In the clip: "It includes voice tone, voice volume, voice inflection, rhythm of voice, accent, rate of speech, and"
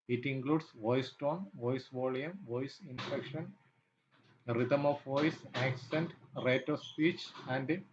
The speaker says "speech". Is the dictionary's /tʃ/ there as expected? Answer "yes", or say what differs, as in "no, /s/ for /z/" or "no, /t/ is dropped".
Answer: yes